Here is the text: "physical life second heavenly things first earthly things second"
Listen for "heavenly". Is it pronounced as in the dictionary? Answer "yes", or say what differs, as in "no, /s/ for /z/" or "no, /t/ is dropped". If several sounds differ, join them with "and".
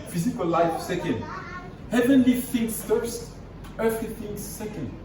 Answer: yes